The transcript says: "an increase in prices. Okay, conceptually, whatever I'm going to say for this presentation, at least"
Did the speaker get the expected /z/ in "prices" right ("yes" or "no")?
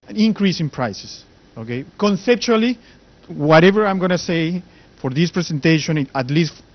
no